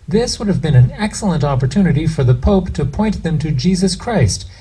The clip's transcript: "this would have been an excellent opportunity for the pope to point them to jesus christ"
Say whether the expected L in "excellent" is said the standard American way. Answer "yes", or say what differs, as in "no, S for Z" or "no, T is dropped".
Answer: yes